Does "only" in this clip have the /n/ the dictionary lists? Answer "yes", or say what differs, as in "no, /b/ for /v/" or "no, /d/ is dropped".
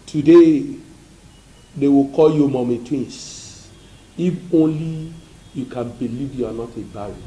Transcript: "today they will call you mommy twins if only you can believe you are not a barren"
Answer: yes